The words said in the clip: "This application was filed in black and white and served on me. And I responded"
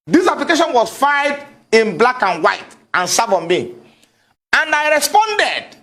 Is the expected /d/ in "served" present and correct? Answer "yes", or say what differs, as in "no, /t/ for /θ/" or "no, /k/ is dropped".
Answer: no, /d/ is dropped